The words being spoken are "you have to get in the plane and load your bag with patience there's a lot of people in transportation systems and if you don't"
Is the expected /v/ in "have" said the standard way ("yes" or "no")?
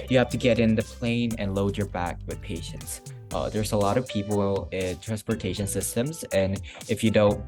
no